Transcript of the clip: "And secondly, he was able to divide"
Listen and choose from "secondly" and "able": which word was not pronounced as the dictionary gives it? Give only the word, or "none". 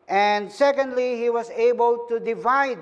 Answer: none